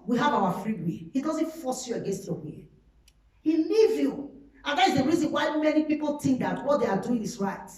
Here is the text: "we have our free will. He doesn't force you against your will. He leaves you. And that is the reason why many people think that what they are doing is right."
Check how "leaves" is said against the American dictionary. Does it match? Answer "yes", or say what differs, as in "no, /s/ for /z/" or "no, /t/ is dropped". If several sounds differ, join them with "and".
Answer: no, /z/ is dropped